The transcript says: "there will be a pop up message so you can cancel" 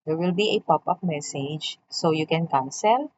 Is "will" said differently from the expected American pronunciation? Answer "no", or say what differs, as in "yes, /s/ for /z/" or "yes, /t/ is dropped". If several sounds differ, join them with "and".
no